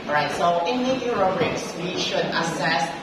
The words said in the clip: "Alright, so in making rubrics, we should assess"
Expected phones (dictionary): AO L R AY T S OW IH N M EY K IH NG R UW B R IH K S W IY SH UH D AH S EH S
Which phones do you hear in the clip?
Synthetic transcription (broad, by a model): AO R AY T S OW IH N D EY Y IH R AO R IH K S W IY SH UH D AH S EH S